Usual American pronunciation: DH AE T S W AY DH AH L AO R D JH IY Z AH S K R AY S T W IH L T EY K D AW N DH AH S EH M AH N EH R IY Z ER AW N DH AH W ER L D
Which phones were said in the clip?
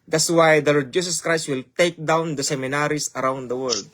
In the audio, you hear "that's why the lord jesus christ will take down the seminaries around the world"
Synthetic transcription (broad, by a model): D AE T S W AY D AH L AO R D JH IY S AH S K R AY S T W IH L T EY K D AW N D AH S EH M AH N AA R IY S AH AW N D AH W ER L D